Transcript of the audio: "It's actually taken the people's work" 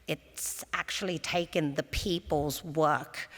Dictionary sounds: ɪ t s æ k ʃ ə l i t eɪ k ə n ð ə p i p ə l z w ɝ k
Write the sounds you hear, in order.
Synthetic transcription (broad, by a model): ɪ t s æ k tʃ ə l i t eɪ k ə n ð ə p i p ə l z w ɝ k